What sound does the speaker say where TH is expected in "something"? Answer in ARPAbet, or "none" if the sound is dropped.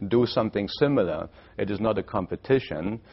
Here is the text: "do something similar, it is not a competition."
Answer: TH